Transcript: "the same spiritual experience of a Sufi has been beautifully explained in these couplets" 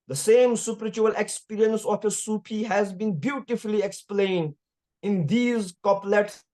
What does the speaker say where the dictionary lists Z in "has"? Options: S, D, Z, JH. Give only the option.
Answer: Z